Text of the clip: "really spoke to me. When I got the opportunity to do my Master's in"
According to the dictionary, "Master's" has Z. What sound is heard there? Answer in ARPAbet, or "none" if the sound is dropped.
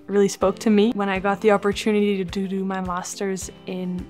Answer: Z